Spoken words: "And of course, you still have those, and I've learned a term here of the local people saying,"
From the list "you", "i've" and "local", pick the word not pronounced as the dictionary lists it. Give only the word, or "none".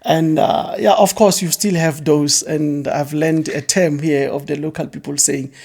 none